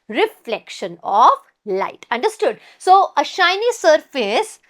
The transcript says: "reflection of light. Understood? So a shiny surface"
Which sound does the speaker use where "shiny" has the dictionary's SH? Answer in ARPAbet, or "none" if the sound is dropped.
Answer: SH